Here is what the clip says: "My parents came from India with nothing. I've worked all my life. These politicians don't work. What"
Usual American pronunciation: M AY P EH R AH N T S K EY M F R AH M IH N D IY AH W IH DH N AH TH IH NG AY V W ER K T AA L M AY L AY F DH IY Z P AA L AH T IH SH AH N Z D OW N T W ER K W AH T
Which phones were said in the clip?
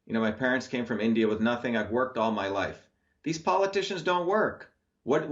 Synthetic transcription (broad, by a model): M AY P EH R AH N T S K EY M F R AH M IH N D IY AH W IH DH N AH TH IH NG AY V W ER K T AA L M AY L AY F DH IY Z P AA L AH T IH SH AH N Z D OW N T W ER K W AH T